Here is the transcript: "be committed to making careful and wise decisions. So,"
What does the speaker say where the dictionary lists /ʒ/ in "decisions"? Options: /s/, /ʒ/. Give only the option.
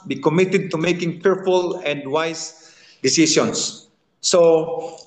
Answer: /s/